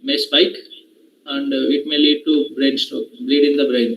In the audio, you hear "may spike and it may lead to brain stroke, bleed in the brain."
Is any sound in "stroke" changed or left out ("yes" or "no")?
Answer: yes